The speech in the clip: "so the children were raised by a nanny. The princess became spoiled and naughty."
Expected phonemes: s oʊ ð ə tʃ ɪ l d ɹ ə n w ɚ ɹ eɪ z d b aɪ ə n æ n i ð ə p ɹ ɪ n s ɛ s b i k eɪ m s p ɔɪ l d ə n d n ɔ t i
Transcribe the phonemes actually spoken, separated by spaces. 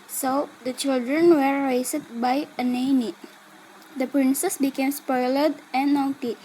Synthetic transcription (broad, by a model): s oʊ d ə tʃ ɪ l d ɹ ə n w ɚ ɹ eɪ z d b aɪ ə n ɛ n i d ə p ɹ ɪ n s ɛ s b i k eɪ m s p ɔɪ l ə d n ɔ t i